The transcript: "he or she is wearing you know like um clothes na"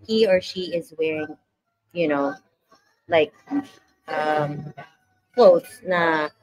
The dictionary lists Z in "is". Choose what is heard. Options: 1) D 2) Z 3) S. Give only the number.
2